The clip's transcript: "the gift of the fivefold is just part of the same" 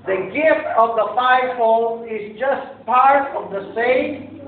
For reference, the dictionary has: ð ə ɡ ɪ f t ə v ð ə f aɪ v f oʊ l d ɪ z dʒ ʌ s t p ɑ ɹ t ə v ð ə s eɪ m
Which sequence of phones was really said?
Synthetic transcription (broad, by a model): ð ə ɡ ɪ f t ə v ð ə f aɪ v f oʊ l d ɪ z dʒ ʌ s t p ɑ ɹ t ə v ð ə s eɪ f